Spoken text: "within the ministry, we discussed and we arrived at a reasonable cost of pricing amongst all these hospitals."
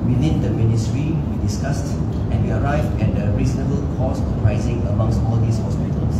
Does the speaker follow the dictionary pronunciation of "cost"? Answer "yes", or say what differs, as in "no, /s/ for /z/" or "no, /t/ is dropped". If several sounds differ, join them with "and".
no, /t/ is dropped